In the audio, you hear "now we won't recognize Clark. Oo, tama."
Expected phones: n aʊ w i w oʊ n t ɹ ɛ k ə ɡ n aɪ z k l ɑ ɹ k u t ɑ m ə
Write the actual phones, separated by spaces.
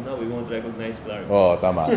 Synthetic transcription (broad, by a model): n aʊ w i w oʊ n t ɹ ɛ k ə n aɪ s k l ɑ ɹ ɔ t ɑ m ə